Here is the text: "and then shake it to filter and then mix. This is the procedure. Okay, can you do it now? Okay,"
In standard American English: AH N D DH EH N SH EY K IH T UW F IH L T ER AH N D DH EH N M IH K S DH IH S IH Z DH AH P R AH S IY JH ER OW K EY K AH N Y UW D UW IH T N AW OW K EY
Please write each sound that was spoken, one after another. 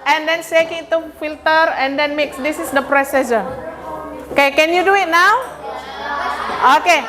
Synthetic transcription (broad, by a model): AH N D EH N S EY K IH T UW F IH L T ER AH N D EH N M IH K S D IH S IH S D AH P R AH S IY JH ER OW K EY K AH N Y UW D UW IH T N AW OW K EY